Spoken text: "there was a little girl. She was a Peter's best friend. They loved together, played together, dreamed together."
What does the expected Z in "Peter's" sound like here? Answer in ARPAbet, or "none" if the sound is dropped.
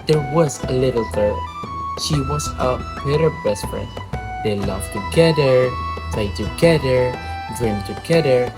none